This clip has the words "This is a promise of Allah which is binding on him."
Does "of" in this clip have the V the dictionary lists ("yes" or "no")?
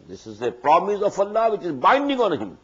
no